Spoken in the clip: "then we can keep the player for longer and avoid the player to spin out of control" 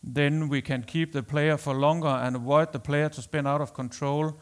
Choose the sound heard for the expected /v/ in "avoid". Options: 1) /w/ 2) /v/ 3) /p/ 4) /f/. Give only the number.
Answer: 1